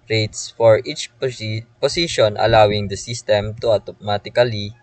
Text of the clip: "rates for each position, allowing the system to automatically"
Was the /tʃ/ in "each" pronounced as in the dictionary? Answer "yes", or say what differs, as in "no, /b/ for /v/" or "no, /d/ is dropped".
yes